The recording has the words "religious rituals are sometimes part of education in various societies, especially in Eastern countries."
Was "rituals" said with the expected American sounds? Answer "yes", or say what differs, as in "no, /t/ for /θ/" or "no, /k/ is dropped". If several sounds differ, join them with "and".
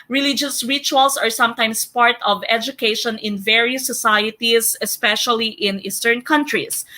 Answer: no, /s/ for /z/